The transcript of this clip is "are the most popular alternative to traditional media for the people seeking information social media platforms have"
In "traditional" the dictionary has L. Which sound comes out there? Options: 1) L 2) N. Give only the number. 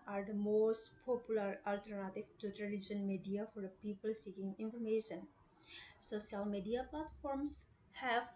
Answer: 2